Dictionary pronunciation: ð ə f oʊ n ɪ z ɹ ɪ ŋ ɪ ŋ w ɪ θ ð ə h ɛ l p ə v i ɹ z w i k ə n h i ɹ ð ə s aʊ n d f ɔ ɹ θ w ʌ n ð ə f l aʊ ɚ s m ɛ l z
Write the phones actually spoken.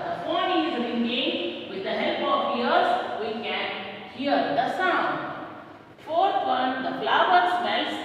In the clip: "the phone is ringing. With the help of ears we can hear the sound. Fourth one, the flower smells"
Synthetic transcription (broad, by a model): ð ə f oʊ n ɪ z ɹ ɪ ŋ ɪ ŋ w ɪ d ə h ɛ l p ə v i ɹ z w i k ə n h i ɹ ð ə s aʊ n d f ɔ ɹ t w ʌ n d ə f l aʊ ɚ s m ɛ l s